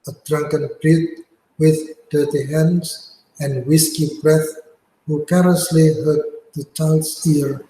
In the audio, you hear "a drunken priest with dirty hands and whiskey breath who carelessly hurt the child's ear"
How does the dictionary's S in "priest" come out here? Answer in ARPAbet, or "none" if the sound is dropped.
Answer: none